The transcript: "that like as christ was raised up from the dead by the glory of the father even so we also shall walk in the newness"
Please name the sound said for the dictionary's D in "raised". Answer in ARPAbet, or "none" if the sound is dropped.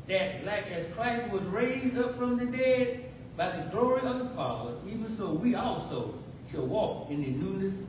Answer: D